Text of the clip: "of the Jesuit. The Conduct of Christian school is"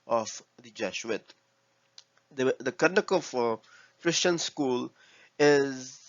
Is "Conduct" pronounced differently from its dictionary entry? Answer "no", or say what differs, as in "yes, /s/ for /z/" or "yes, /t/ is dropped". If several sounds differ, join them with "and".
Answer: yes, /t/ is dropped